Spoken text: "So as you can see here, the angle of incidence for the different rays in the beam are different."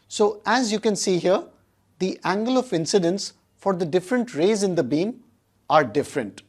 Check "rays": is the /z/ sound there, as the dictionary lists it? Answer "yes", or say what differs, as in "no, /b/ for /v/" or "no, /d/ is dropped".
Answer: yes